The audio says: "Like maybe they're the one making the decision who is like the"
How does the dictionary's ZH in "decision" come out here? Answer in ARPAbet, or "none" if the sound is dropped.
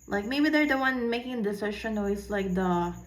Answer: SH